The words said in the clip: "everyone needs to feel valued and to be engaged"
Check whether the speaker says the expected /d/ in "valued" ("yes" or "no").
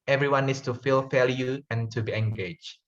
no